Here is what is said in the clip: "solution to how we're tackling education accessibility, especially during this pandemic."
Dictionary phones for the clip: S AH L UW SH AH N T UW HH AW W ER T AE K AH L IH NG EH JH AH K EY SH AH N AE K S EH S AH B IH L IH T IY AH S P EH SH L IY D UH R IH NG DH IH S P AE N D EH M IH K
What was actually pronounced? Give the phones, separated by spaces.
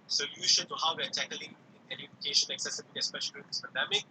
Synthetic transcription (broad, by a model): S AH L UW SH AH N T UW HH AW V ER T AE K AH L IH NG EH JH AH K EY SH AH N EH K S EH S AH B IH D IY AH S P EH SH IY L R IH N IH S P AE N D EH M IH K